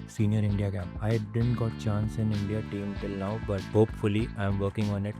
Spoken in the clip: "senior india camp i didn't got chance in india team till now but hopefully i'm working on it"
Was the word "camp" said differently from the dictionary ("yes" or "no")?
yes